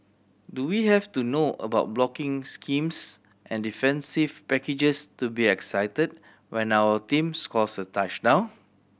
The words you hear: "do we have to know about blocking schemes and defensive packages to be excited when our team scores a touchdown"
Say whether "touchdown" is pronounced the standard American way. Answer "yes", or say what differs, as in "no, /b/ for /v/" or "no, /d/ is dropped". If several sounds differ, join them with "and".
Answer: no, /n/ is dropped